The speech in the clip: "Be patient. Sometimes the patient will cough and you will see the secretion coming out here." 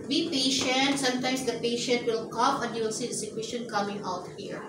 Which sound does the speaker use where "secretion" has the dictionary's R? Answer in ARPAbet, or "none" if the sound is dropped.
W